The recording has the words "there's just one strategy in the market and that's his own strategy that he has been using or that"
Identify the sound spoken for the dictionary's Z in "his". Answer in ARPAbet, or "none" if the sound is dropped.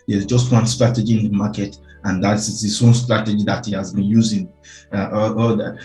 S